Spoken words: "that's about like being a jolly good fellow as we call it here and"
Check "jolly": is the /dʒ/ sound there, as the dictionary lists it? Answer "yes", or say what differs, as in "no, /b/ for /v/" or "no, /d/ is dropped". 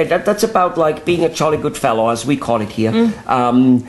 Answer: no, /tʃ/ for /dʒ/